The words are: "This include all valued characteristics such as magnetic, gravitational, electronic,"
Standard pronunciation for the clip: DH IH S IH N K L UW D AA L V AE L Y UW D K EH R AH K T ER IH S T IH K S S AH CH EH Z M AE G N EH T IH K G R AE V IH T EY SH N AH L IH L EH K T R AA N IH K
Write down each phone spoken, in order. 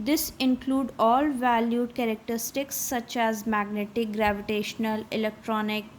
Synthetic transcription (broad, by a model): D IH S IH N K L UW D AA L V AE L Y UW D K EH R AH K T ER IH S T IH K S S AH CH EH Z M AE G N EH T IH K G R AE V IH T EY SH N AH L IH L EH K T R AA N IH K